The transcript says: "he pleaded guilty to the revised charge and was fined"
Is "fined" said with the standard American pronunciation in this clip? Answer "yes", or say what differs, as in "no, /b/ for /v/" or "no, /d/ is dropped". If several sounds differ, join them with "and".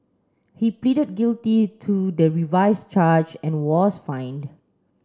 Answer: yes